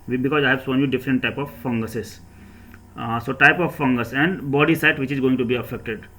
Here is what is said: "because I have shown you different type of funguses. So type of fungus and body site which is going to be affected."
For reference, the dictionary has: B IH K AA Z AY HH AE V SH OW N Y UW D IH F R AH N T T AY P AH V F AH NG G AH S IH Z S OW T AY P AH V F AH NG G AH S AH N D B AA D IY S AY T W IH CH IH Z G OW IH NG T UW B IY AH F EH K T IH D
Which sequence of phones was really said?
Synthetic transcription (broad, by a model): B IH K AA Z AY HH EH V S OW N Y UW D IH F R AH N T T AY P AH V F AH NG G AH S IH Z S OW T AY P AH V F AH NG G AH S AH N D B AA D IY S AY T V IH CH IH Z G OW IH NG T UW B IY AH F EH K T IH D